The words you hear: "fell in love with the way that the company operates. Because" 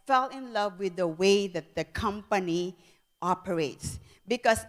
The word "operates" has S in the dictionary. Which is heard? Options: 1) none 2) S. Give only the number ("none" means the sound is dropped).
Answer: 2